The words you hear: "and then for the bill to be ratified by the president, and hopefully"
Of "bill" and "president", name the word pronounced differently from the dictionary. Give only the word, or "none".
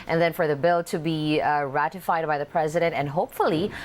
none